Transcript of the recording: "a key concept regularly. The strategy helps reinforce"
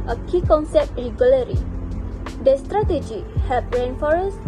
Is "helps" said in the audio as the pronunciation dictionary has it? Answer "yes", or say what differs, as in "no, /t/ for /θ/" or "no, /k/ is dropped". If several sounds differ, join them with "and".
no, /l/ is dropped and /s/ is dropped